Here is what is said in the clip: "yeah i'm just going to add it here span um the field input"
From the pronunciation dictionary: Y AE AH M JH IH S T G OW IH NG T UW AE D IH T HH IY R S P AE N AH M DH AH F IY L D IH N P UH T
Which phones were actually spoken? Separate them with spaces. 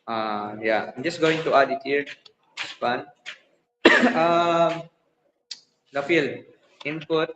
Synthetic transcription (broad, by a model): Y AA AH M JH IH S G OW IH NG T UW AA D IH T HH IY R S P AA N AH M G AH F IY L IH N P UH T